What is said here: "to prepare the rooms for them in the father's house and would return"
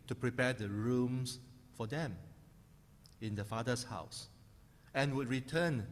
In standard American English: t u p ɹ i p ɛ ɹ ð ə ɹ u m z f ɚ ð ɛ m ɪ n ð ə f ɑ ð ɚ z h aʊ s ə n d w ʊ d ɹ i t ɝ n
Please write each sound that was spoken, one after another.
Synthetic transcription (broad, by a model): t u p ɹ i p ɛ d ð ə ɹ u m s f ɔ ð ɛ m ɪ n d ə f ɑ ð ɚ s h aʊ s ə n w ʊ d ɹ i t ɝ n